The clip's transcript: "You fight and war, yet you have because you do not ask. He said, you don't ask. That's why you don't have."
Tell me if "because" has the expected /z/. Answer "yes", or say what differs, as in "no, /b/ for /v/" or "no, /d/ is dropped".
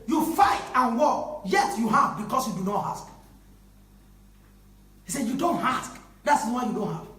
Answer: no, /s/ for /z/